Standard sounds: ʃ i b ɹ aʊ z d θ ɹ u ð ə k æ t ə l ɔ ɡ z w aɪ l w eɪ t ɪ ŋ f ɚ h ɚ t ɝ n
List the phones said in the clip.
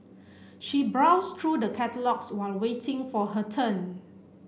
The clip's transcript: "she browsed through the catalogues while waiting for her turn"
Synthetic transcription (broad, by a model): ʃ i b ɹ aʊ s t ɹ u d ə k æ t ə l ɔ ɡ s w aɪ l w eɪ t ɪ ŋ f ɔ h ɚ t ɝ n